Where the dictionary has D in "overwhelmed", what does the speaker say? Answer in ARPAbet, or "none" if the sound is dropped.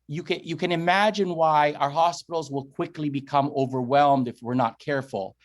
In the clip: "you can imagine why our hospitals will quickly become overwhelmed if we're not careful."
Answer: D